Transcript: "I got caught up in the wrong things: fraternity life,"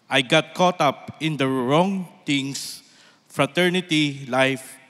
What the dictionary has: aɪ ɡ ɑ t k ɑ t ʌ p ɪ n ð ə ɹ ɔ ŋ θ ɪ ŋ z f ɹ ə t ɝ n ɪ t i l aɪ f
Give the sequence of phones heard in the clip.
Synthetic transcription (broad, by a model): aɪ ɡ ɑ t k ɑ t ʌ p ɪ n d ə ɹ ɔ ŋ t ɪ ŋ s f ɹ ə t ɝ n ɪ t i l aɪ f